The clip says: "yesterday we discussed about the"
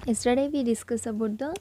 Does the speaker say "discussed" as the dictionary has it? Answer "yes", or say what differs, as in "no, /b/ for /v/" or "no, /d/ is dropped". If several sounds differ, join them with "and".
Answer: no, /t/ is dropped